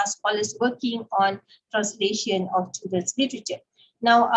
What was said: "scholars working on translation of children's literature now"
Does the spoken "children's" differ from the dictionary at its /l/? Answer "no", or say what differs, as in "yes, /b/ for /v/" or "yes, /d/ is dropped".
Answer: yes, /l/ is dropped